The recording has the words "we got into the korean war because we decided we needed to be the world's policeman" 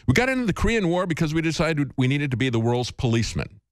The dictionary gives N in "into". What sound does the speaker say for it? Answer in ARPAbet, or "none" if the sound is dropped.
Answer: N